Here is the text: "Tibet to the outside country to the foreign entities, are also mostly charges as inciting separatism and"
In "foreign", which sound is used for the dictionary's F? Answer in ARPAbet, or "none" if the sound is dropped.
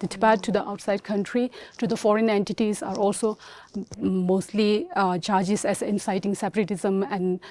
F